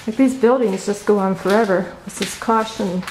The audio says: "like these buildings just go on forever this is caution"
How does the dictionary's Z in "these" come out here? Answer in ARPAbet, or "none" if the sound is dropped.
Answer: Z